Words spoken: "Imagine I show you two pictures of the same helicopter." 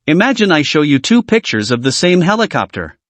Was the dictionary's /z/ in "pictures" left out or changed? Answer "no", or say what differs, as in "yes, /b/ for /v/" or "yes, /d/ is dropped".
no